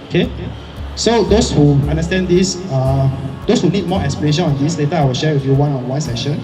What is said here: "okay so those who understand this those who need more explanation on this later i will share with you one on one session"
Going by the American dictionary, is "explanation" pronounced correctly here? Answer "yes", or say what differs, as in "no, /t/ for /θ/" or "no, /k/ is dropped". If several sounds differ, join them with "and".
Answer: no, /l/ is dropped